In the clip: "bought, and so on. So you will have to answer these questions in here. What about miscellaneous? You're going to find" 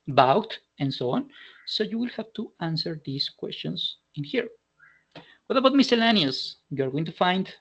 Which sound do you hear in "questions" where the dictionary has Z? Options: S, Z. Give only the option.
S